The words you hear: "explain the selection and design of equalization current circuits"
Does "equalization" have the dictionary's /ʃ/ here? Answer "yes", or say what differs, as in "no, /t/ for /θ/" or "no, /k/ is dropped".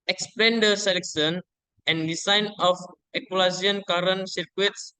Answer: no, /ʃ/ is dropped